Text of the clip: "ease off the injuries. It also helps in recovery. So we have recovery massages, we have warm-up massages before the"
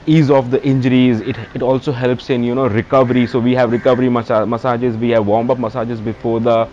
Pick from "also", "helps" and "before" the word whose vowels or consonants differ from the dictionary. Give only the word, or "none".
none